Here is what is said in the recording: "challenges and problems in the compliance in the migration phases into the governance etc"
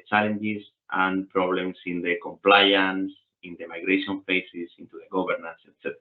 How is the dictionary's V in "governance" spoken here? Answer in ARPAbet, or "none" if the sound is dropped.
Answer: B